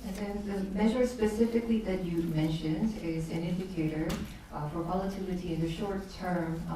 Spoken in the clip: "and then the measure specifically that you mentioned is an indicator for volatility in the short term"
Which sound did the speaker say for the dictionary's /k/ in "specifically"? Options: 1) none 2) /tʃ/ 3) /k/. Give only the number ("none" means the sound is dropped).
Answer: 3